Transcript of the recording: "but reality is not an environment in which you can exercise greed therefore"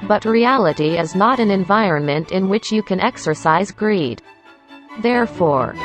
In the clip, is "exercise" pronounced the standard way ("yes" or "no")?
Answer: yes